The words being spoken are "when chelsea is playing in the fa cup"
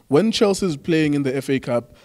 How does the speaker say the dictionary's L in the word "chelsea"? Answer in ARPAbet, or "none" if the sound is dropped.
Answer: L